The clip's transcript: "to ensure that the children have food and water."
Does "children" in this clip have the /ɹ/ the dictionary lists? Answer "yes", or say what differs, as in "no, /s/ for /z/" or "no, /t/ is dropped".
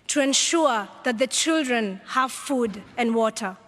yes